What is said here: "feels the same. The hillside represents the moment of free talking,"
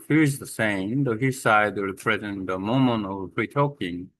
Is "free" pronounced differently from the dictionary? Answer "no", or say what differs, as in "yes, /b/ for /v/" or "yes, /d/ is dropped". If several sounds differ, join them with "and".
yes, /p/ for /f/